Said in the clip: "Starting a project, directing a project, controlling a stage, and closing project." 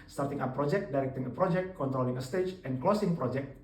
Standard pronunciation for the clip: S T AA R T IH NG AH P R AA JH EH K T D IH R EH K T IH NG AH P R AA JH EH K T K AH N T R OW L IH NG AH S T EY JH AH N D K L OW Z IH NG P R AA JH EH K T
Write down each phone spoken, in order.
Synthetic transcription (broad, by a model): S T AA R T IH NG AH P R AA JH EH K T D IH R EH K T IH NG AH P R AA JH EH K T K AH N T R OW L IH NG AH S T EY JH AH N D K L OW S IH NG P R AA JH EH K T